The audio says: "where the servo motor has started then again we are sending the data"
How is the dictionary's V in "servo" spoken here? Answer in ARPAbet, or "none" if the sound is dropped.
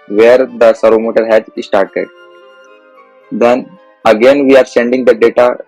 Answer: none